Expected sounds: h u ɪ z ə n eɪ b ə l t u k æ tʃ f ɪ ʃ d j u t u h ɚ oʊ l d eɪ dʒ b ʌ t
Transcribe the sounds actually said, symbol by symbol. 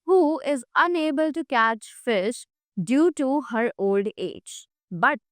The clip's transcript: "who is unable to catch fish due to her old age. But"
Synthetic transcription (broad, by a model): h u ɪ z ə n eɪ b ə l t u k æ tʃ f ɪ ʃ d j u t u h ɚ oʊ l d eɪ dʒ b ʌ t